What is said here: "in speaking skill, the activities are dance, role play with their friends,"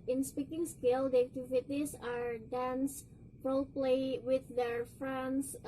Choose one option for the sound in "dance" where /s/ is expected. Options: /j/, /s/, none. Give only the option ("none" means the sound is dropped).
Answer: /s/